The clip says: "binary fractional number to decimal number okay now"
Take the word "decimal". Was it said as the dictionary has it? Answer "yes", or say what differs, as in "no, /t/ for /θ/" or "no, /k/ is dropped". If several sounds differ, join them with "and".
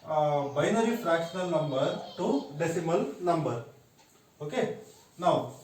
yes